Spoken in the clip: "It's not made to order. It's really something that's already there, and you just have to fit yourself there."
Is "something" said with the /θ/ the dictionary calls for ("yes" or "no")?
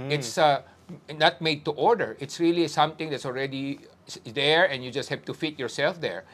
no